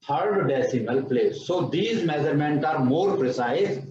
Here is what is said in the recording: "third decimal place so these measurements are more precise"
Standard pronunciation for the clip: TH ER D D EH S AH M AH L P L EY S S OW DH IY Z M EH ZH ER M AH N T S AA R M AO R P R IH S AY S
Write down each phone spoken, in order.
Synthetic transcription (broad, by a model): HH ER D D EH S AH M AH L P L EY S S OW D IY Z M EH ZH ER M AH N T AA R M AO R P R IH S AY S